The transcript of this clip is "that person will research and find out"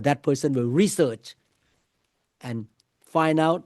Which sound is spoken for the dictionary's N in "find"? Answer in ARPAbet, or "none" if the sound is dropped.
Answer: N